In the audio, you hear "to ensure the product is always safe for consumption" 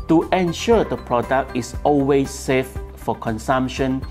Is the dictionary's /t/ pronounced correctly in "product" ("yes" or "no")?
yes